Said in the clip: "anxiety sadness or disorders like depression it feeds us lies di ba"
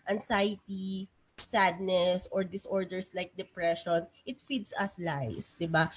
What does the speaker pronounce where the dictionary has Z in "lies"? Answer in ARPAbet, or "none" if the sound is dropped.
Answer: S